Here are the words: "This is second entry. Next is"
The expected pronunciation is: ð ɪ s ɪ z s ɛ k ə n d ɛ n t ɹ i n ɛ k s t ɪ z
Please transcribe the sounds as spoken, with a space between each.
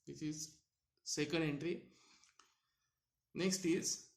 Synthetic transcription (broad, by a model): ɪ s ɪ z s ɛ k ə n d ɛ n t ɹ i n ɛ k s t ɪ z